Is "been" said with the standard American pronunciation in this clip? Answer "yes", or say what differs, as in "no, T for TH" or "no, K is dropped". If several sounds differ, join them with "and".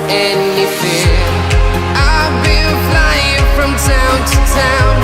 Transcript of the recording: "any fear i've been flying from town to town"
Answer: no, L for N